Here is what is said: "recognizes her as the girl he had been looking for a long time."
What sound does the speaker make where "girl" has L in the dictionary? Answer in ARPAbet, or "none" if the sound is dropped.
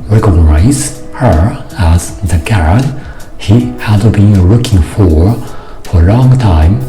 N